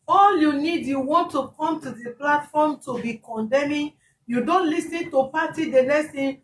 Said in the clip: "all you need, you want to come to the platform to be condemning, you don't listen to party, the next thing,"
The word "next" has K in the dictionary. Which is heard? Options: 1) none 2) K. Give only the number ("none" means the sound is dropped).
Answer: 1